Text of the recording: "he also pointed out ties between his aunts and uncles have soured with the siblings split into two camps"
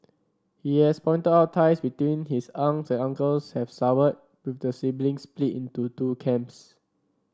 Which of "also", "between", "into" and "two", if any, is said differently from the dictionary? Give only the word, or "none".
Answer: also